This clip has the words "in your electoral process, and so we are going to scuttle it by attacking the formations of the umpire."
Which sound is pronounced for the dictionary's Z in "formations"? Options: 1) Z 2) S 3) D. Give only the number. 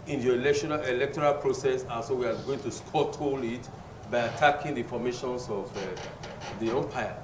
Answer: 2